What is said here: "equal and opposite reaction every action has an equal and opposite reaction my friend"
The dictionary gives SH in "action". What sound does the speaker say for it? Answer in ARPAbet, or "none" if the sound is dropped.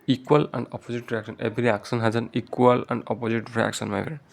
S